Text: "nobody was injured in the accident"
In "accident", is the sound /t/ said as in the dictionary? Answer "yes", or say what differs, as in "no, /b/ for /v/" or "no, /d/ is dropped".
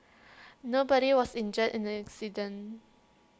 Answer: no, /t/ is dropped